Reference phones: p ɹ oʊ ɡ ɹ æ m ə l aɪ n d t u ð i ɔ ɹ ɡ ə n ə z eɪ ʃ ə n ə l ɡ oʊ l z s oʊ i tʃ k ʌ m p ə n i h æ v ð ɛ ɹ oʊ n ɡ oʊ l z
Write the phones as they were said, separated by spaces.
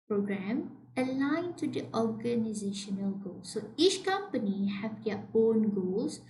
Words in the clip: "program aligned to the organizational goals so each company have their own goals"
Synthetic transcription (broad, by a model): p ɹ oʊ ɡ ɹ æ m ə l aɪ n t u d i ɔ ɹ ɡ ə n ə z eɪ ʃ ə n ə l ɡ oʊ l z s oʊ i tʃ k ʌ m p ə n i h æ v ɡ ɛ oʊ n ɡ oʊ l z